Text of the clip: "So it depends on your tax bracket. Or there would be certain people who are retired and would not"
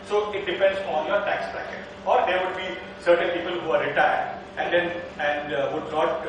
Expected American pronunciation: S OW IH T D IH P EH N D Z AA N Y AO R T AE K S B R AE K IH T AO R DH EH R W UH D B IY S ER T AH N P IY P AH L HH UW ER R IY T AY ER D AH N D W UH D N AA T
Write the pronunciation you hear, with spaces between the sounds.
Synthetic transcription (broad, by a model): S OW IH T D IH P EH N D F AA N Y AO R T AE K S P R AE K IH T AO R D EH R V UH D B IY S ER T AH N P IY P AH L HH UW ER R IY T AY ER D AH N D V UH D N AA T